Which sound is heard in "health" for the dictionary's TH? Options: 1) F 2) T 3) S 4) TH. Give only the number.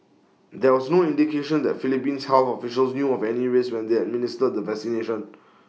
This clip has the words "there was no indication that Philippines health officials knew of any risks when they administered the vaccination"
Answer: 1